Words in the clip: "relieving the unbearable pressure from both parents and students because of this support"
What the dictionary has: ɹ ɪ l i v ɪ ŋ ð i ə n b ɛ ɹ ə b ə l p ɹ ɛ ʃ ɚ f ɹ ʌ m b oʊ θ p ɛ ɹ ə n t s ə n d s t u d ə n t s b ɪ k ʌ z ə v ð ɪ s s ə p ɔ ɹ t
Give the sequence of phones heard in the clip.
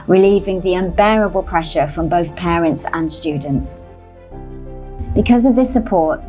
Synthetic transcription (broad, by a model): ɹ ɪ l i v ɪ ŋ ð i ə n b ɛ ɹ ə b ə l p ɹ ɛ ʃ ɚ f ɹ ʌ m b oʊ θ p ɛ ɹ ə n t s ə n s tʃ u d n t s b ɪ k ʌ z ə v ð ɪ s s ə p ɔ t